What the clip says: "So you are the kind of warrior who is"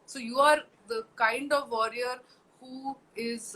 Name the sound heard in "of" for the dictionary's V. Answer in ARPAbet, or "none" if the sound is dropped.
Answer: V